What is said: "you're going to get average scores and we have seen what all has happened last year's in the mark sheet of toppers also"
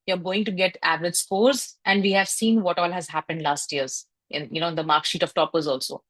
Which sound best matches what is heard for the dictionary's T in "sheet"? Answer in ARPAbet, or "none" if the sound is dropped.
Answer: T